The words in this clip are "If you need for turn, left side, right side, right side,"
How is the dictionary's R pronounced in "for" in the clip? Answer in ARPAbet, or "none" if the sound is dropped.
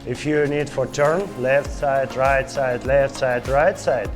R